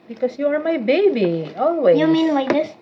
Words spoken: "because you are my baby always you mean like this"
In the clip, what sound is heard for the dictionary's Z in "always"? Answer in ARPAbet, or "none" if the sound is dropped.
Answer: none